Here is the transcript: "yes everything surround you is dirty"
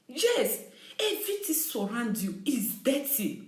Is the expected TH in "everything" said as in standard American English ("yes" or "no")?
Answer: no